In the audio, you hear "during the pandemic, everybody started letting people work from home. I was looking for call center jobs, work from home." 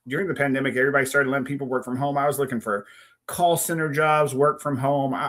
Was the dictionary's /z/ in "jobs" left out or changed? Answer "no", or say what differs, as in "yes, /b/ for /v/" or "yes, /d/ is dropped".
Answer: no